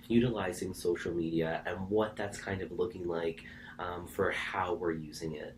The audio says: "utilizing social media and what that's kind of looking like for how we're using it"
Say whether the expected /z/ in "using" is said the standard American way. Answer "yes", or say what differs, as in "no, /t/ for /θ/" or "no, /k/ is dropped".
yes